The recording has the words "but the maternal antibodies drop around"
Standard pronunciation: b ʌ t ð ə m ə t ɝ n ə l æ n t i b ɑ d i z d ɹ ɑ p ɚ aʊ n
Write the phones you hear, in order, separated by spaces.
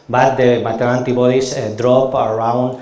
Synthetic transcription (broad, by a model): b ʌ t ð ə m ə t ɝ ə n t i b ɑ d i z d ɹ ɑ p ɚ aʊ n